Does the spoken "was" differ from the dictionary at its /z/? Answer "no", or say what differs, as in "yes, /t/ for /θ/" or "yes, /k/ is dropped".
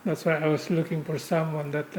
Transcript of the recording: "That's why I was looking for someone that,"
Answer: yes, /s/ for /z/